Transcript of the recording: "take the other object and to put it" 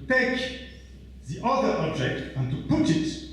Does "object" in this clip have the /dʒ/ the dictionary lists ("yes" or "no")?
yes